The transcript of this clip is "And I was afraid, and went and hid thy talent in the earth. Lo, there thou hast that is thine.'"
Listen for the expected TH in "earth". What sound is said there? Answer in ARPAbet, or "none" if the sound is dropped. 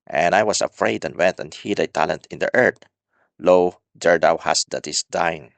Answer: T